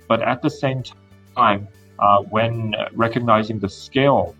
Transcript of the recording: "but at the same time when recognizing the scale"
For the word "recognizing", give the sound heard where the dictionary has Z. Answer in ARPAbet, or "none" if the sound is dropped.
Z